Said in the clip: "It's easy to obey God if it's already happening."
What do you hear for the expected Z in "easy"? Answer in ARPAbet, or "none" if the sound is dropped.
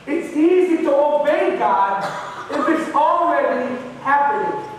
Z